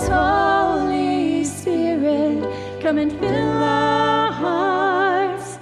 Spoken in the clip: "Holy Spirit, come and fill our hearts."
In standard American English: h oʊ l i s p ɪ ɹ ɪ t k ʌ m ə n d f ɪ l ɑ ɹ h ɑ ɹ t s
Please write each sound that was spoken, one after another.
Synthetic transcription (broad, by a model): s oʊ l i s ɪ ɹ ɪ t k ʌ m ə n f ɪ l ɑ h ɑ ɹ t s